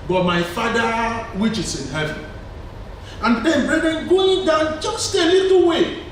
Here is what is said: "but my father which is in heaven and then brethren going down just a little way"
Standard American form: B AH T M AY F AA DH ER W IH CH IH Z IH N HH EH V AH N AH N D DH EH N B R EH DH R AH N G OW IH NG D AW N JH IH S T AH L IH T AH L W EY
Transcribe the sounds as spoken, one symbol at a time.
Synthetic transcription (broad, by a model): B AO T M AY F AA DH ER W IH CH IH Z IH N HH EH V AH N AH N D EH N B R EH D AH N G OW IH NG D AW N CH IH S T AH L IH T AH W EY